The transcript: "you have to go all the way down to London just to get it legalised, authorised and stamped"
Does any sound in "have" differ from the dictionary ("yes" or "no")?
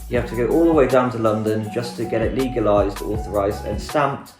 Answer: yes